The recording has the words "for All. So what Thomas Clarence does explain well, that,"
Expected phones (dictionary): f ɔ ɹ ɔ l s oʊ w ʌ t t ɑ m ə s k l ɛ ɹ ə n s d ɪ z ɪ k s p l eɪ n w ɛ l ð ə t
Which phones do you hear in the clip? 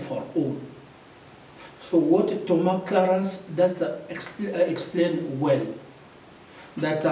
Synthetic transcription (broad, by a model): f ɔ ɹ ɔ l s oʊ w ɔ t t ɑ m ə k l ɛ ɹ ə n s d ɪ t ɪ k s p l eɪ n w ɛ l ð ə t